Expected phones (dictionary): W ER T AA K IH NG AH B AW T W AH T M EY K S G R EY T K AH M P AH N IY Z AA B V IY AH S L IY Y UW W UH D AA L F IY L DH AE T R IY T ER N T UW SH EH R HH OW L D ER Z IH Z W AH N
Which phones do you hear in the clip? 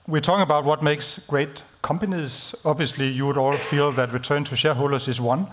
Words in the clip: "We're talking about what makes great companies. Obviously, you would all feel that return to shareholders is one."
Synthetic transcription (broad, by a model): W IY T AA K IH NG AH B AW T W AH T M EY K S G R EY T K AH M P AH N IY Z AA B V IY AH S L IY Y UW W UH D AA L F IY L DH AE T R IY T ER N T UW SH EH HH OW L D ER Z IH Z W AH N